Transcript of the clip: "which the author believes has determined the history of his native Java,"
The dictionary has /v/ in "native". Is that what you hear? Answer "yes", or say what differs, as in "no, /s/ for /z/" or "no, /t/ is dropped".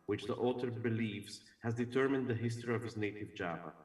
yes